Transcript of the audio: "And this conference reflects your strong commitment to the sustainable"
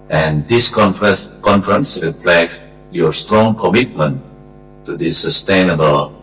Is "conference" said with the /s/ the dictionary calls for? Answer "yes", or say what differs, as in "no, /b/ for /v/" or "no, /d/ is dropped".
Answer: yes